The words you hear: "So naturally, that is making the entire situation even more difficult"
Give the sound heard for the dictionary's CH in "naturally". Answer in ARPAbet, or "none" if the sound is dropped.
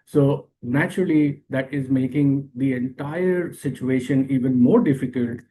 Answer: CH